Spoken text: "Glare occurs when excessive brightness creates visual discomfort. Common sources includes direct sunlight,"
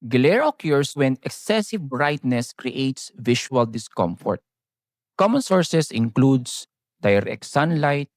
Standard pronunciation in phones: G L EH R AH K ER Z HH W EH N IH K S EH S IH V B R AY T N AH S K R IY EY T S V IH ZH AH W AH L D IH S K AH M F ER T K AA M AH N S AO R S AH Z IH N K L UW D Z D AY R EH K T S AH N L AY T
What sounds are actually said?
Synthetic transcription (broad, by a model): G L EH R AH K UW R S W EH N IH K S EH S IH V B R AY T N AH S K R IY EY T S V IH SH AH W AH L D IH S K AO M F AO T K AA M AH N S AO R S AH S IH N K L UW D S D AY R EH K S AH N L AY T